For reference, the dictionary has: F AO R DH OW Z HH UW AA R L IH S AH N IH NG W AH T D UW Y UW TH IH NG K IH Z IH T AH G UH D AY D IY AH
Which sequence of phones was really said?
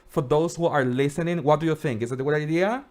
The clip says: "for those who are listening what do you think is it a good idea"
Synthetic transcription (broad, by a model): F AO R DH OW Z HH UW AA R L IH S AH N IH NG W AH T D UW Y UW TH IH NG K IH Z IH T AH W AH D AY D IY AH